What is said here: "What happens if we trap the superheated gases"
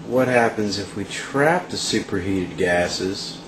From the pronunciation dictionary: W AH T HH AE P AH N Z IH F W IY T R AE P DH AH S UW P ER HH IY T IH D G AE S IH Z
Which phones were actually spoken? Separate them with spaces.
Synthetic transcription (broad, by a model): W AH T HH AE P AH N Z IH F W IY T R AE P DH AH S UW P ER HH IY T IH D G AE S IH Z